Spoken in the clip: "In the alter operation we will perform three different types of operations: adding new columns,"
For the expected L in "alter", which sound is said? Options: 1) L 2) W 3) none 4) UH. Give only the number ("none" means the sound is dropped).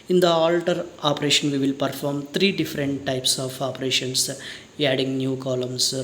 1